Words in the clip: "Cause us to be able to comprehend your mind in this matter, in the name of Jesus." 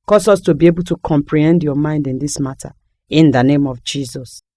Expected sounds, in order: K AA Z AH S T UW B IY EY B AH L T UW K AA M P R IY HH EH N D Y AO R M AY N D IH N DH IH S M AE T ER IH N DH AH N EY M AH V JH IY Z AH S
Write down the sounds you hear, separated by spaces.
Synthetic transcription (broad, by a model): K AA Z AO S T UW B IY EY B AH L T UW K AA M P R IY HH EH N D Y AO M AY N D IH N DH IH S M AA T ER IH N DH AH N EY M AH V JH IY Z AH S